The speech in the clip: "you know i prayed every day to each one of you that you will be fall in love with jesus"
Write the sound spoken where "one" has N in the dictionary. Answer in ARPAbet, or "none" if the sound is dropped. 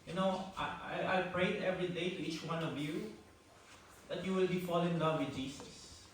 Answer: N